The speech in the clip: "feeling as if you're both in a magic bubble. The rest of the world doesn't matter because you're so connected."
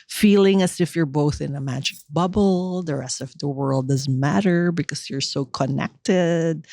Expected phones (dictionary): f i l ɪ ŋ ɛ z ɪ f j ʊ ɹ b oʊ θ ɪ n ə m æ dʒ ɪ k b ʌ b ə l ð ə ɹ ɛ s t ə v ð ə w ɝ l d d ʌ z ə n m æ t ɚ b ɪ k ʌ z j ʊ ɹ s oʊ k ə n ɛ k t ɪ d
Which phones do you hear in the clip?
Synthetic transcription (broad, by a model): f i l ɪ ŋ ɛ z ɪ f j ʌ ɹ b oʊ θ ɪ n ə m æ dʒ ɪ k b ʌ b l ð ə ɹ ɛ s t ə v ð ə w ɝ l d d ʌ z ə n m æ t ɚ b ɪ k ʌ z j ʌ ɹ s oʊ k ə n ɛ k t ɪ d